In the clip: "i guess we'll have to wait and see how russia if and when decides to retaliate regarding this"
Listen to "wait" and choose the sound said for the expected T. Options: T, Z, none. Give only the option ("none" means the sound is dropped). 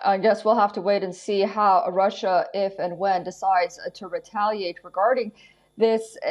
T